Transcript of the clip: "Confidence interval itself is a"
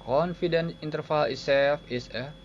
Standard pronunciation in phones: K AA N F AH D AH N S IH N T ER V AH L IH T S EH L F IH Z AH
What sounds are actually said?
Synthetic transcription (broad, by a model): K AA N F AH D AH N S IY N T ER F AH L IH S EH F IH S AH